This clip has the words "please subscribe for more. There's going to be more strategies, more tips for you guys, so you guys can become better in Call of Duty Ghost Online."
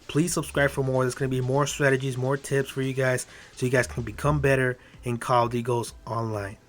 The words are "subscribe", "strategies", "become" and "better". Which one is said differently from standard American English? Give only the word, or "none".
none